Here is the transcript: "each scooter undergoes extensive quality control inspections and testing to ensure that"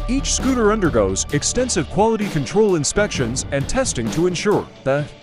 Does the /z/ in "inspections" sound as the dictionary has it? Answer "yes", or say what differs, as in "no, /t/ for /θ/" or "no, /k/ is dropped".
yes